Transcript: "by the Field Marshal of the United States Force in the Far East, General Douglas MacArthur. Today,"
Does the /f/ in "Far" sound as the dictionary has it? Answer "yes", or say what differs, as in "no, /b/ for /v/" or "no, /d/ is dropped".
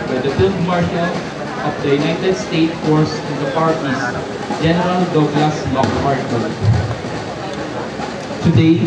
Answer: no, /p/ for /f/